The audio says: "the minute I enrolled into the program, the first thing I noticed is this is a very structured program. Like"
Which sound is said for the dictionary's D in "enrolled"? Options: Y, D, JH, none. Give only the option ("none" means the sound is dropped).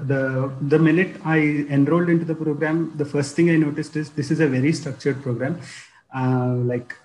D